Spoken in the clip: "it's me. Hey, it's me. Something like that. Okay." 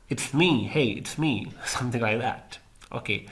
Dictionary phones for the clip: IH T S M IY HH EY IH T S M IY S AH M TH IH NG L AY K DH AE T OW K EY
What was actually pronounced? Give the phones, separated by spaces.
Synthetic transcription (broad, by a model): IH T S M IY HH EY IH T S M IY S AH M TH IH NG L AY K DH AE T OW K EY